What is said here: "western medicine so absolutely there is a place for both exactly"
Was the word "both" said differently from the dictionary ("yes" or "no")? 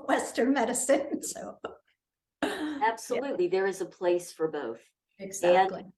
no